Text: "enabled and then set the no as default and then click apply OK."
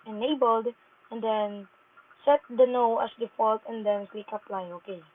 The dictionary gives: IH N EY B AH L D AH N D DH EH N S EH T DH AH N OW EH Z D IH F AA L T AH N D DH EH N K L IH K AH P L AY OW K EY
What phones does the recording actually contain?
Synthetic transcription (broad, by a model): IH N EY B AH L D AH N D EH N S EH T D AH N OW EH S D IH F AA L T AH N D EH N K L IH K AH P L AY OW K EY